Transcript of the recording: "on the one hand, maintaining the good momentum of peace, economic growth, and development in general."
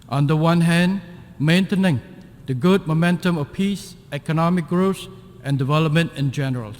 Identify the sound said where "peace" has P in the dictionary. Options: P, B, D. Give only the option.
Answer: P